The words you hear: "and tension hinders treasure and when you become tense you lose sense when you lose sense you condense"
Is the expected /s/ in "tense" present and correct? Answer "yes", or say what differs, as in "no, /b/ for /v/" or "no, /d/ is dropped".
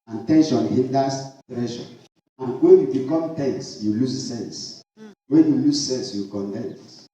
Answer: yes